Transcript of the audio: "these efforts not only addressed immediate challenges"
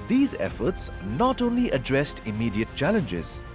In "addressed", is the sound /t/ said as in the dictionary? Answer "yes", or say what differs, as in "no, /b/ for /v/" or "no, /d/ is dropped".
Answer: yes